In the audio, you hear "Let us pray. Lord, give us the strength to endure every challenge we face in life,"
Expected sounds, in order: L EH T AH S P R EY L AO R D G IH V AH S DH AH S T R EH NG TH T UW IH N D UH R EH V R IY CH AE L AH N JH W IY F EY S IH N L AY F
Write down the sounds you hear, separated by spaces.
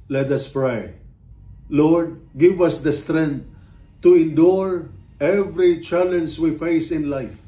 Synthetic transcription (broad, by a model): L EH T AH S P R EY L AO R D G IH V AH S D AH S T R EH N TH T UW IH N D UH R EH V R IY CH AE L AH N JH W IY F EY S IH N L AY F